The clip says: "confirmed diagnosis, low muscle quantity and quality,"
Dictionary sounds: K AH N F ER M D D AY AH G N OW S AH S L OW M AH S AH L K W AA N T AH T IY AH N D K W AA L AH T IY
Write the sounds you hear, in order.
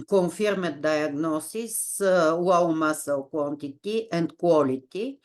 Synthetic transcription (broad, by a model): K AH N F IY M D D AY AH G N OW S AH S W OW M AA S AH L K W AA N T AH T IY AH N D K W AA L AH T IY